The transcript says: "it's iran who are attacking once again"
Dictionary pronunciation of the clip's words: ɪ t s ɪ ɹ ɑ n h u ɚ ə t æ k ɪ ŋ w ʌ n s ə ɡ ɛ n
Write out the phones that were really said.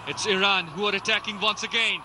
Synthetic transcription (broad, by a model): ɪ t s ɪ ɹ ɑ n h u ɚ ə t æ k ɪ ŋ w ʌ n s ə ɡ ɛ n